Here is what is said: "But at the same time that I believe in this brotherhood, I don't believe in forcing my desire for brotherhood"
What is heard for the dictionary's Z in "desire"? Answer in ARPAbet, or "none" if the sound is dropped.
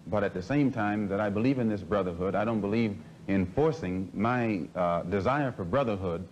Z